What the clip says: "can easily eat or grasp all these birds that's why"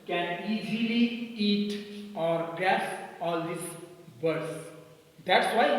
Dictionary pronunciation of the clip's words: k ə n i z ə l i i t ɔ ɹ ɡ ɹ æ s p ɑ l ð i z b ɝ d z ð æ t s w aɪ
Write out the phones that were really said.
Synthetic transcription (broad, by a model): k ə n i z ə l i i t ɔ ɹ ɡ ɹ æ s ɑ l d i s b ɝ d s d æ t s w aɪ